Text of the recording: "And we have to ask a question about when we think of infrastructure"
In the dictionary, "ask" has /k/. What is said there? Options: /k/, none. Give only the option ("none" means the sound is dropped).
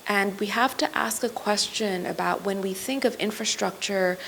/k/